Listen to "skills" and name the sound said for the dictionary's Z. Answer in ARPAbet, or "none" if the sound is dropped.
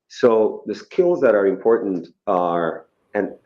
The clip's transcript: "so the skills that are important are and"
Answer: Z